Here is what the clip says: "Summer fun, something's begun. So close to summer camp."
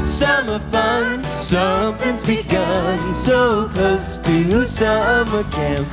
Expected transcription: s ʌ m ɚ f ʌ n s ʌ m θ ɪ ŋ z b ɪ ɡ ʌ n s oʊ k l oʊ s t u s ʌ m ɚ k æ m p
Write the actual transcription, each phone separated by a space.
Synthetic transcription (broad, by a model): s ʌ m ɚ f ʌ n s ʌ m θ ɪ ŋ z b ɪ ɡ ʌ n s oʊ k oʊ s t u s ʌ m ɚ k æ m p